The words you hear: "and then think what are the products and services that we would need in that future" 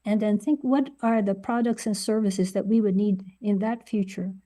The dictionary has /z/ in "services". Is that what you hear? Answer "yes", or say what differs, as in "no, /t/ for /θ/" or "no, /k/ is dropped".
yes